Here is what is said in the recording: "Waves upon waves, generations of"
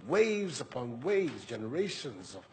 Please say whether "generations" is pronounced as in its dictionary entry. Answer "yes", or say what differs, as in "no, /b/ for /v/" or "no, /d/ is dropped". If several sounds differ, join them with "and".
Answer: yes